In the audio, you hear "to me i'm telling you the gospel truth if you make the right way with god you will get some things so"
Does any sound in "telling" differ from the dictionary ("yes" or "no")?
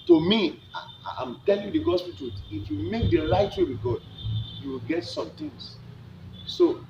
no